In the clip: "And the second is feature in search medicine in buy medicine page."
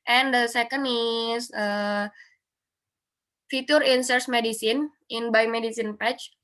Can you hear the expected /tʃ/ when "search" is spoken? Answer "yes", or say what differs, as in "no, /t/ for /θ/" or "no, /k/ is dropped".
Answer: no, /s/ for /tʃ/